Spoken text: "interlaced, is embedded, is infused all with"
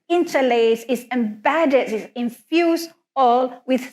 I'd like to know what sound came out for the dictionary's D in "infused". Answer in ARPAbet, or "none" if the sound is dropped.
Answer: none